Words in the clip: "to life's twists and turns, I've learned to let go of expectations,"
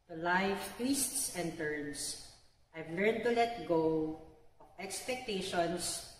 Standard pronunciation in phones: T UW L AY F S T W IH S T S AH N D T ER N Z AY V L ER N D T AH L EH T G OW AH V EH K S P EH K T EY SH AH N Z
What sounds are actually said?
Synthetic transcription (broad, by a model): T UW L AY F T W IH S T S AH N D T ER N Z AY V L ER N D T AH L EH T G OW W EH K S P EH K T EY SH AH N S